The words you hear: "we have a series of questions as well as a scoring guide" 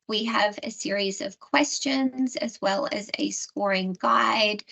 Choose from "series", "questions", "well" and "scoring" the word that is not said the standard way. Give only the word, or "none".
none